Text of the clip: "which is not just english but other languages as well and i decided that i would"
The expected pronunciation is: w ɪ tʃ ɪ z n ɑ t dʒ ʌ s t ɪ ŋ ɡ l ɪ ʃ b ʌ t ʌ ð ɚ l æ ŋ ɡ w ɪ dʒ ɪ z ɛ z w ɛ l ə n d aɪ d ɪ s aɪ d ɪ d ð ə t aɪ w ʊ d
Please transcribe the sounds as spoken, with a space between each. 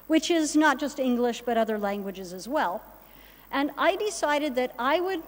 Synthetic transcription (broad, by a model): w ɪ tʃ ɪ z n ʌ t dʒ ʌ s t ɪ ŋ ɡ l ɪ ʃ b ʌ t ʌ ð ɚ l æ ŋ ɡ w ɪ dʒ ɪ z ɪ z w ɛ l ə n aɪ d ɪ s aɪ d ɪ d ð ə t aɪ w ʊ d